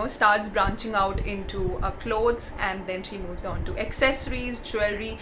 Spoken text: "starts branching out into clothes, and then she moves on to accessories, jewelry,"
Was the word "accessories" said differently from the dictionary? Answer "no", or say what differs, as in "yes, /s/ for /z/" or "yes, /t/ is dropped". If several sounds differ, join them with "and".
no